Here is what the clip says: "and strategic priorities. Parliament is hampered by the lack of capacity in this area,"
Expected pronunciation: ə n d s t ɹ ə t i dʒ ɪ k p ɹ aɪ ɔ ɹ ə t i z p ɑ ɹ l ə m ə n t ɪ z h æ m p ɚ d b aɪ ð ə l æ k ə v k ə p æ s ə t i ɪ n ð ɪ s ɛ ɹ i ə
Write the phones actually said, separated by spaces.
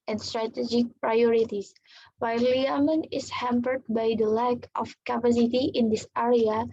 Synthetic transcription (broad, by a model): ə n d s t ɹ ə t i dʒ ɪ k p ɹ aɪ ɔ ɹ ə t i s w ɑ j l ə m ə n ɪ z h æ m p ɚ d b aɪ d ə l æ k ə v k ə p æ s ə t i ɪ n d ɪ s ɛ ɹ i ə